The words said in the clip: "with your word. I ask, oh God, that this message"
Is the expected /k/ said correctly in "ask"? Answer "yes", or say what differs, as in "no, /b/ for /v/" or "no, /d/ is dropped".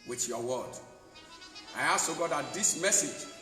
no, /k/ is dropped